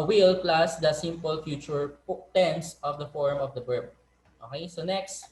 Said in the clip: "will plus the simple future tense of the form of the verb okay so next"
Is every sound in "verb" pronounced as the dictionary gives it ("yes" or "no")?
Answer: no